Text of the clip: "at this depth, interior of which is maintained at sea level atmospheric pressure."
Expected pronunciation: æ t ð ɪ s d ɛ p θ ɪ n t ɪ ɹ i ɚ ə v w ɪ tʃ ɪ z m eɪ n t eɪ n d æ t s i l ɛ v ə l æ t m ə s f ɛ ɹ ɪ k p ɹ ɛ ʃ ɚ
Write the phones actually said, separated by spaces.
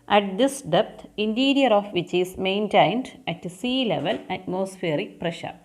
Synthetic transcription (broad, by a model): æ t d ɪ s d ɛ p t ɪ n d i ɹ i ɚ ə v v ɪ tʃ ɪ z m eɪ n t eɪ n d æ t s i l ɛ v ə l æ t m ə s f ɛ ɹ ɪ k p ɹ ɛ ʃ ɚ